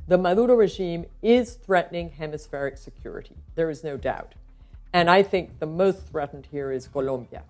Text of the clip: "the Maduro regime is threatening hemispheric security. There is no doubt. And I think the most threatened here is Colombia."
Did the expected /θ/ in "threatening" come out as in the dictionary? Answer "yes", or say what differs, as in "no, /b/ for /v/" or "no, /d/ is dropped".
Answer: yes